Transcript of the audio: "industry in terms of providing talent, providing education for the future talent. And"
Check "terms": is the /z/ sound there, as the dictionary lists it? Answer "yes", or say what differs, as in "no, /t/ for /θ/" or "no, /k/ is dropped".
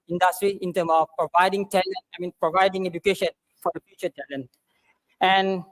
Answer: no, /z/ is dropped